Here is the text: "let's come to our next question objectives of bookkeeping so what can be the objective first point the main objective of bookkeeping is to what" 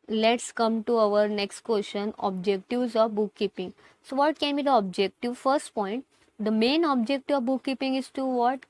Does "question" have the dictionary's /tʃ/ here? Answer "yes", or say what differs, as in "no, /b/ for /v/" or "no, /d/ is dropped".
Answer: no, /ʃ/ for /tʃ/